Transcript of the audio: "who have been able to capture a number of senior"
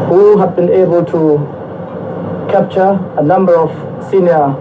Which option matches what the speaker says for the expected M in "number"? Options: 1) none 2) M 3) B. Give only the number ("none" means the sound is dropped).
2